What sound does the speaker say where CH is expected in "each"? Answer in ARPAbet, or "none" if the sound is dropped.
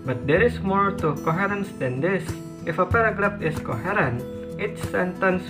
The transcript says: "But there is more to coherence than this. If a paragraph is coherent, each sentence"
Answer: S